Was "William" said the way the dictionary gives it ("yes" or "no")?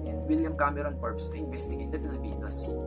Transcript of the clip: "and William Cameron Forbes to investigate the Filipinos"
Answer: yes